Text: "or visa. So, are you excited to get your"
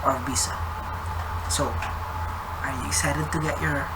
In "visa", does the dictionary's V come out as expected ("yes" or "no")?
no